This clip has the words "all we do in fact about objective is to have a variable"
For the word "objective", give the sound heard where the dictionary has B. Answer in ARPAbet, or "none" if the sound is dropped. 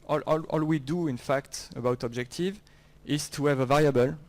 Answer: B